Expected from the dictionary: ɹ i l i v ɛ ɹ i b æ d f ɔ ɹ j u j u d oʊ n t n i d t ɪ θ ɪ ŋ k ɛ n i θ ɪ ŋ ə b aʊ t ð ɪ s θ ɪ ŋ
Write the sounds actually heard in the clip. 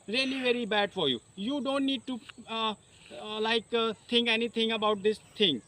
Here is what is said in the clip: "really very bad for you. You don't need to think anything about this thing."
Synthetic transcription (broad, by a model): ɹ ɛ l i v ɛ ɹ i b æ d f ɔ ɹ j u j u d oʊ n t n i d t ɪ t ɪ ŋ k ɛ n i t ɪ ŋ ə b aʊ t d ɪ s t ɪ ŋ